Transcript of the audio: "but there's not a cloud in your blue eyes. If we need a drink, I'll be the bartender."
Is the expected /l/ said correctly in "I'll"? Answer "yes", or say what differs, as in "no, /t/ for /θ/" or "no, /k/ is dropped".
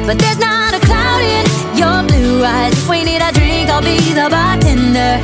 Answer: yes